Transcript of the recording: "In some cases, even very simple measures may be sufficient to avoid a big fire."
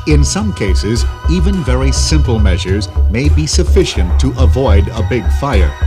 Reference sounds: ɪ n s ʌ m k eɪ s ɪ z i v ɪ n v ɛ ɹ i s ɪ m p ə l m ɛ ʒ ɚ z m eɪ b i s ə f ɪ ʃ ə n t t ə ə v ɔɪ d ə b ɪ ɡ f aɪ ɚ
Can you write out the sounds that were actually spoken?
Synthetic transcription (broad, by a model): ɪ n s ʌ m k eɪ s ɪ z i v ɪ n v ɛ ɹ i s ɪ m p ə l m ɛ ʒ ɚ z m eɪ b i s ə f ɪ ʃ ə n t t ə ə v ɔɪ d ə b ɪ ɡ f aɪ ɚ